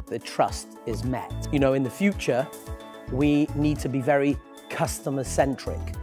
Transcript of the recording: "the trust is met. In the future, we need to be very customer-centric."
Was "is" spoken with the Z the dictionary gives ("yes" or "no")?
yes